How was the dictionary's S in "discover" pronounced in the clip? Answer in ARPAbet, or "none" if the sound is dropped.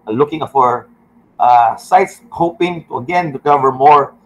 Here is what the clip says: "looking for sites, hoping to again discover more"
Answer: none